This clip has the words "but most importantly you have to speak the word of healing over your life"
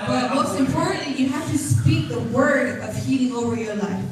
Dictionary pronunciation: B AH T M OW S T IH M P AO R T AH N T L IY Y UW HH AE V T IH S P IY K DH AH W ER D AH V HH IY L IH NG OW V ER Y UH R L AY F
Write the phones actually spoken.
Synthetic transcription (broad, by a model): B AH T M OW S T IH M P AO R T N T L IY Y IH HH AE F T IH S P IY K DH AH W ER D AH V HH IY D IH NG OW V ER Y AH R L AY F